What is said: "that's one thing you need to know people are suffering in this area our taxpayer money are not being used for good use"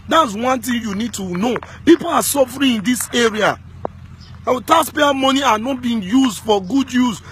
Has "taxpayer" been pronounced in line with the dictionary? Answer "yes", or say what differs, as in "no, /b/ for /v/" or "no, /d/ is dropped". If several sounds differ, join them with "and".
no, /k/ is dropped